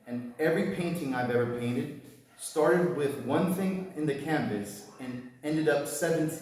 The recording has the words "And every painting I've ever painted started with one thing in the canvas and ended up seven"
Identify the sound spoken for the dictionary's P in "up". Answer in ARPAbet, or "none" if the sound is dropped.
P